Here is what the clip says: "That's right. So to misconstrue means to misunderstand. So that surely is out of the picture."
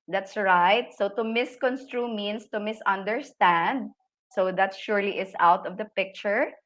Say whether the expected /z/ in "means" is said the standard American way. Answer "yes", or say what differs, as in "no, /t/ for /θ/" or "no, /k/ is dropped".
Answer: no, /s/ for /z/